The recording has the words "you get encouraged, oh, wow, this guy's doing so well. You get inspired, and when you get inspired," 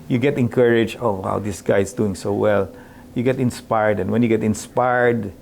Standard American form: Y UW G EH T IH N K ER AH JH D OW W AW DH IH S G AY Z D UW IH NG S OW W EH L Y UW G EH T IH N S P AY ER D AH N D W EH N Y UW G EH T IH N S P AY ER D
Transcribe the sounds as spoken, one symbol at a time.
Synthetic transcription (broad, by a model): Y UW G EH T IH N K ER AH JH OW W AW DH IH S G AY S D UW IH NG S OW W EH L Y UW G EH T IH N S P AY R D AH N W EH N Y UW G EH T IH N S P AY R D